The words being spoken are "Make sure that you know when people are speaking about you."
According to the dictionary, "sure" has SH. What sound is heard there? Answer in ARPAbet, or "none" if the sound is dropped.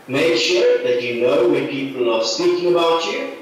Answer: SH